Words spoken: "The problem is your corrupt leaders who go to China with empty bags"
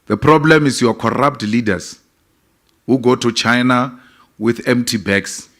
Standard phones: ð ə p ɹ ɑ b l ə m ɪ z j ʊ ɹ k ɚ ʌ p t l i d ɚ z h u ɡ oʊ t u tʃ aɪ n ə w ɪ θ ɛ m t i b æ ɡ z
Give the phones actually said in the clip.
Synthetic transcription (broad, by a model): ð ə p ɹ ɑ b l ə m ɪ s j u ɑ k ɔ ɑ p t l i d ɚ s h u ɡ oʊ t u tʃ aɪ n ə w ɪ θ ɛ m t i b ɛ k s